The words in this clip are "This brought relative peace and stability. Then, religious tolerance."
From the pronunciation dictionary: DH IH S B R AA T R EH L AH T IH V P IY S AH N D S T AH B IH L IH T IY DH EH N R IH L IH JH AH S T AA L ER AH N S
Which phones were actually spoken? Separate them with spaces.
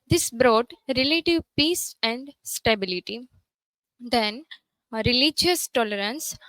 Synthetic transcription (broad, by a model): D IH S B R AA T R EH L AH T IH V P IY S AH N D S T AH B IH L IH T IY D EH N R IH L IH JH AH S T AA L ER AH N S